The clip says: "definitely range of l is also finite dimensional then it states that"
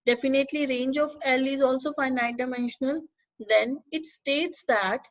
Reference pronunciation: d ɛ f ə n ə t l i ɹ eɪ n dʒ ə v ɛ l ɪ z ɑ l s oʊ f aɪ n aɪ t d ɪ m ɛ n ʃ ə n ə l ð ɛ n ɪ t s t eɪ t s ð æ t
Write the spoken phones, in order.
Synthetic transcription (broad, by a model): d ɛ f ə n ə t l i ɹ eɪ n dʒ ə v ɛ l ɪ z ɑ l s oʊ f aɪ n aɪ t d ɪ m ɛ n ʃ ə n ə l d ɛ n ɪ t s t eɪ t s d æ t